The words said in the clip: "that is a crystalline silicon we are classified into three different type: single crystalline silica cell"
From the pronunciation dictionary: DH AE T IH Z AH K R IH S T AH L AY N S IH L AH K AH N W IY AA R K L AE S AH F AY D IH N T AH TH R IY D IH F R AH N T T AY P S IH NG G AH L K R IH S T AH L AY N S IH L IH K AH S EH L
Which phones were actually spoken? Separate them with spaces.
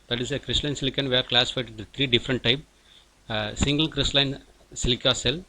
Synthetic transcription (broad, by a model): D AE T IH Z AH K R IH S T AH L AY N S IH L AH K AH N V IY AA R K L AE S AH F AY IH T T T R IY D IH F R AH N T T AY P S IH NG G AH L K R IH S T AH L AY N S IH L IH K AH S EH L